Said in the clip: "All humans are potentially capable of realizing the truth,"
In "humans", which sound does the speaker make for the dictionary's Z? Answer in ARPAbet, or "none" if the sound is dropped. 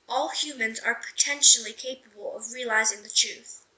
Z